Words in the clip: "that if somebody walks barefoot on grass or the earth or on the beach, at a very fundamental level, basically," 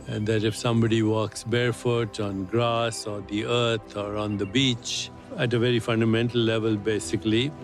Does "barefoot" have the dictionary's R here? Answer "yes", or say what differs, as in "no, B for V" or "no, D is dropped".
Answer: yes